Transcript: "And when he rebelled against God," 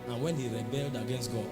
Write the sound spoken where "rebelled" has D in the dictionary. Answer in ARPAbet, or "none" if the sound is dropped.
D